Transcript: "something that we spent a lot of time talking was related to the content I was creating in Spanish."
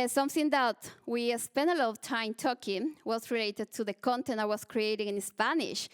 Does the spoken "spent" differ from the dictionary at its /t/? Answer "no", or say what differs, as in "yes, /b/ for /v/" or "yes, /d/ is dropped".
yes, /t/ is dropped